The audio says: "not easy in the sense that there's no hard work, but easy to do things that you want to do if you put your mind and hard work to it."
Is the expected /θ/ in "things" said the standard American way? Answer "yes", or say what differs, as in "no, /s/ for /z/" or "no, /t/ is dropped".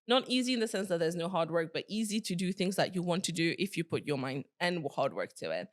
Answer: yes